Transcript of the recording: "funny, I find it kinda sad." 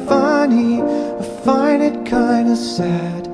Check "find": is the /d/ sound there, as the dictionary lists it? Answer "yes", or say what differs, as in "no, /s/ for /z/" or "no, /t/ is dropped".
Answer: no, /d/ is dropped